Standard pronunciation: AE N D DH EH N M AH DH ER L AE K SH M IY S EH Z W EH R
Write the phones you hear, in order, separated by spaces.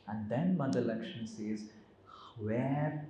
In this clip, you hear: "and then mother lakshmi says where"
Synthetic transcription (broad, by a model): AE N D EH N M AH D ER L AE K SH IY S EH Z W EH R